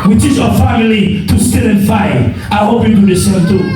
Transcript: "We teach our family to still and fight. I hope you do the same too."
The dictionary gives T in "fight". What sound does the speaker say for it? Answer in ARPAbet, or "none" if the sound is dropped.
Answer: none